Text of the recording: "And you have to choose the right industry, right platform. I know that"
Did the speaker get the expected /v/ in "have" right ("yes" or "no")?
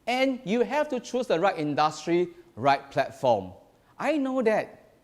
no